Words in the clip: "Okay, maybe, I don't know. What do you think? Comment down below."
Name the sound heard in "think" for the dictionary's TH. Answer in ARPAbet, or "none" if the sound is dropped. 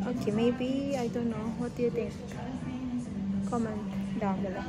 T